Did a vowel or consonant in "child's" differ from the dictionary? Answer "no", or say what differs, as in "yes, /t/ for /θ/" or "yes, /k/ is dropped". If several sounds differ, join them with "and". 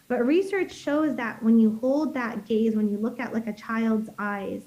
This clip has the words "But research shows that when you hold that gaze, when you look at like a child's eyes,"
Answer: no